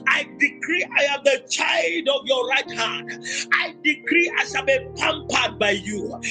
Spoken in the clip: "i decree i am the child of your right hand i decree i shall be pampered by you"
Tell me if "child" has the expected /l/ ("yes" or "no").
yes